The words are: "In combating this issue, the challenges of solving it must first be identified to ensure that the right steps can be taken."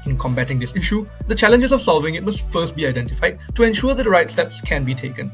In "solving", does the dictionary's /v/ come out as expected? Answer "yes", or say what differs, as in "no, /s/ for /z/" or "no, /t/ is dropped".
yes